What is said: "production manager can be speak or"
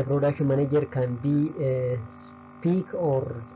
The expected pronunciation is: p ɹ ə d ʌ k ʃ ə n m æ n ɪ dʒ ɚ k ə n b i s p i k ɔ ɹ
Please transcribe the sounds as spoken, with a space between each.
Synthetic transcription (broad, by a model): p ɹ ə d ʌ k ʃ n m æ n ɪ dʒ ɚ k ə n b i s p i k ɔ ɹ